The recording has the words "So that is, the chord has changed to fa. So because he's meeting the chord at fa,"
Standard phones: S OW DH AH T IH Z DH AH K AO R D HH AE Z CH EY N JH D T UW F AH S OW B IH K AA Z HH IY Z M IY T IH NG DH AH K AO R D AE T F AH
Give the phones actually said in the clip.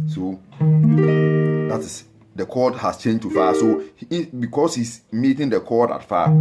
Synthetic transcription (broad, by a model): S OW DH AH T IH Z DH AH K AO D HH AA S CH EY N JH T UW F AH S OW B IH K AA S HH IY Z M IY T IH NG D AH K AO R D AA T F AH